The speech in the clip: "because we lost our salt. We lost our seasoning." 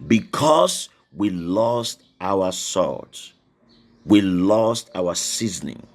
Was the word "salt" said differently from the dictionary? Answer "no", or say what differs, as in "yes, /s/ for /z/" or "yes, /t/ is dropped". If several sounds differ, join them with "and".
yes, /l/ is dropped